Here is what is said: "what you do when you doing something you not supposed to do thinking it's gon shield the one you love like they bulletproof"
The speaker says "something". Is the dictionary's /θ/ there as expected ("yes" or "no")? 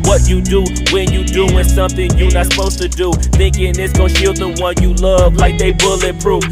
yes